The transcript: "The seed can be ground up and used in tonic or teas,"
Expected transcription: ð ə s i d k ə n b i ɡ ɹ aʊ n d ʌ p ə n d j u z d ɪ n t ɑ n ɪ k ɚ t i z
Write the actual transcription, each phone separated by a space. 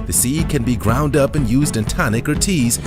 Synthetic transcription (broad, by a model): ð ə s i k ə n b i ɡ ɹ aʊ n d ʌ p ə n j u z d ɪ n t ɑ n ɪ k ɚ t i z